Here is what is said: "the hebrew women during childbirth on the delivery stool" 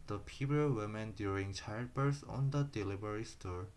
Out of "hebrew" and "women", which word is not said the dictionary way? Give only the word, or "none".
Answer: hebrew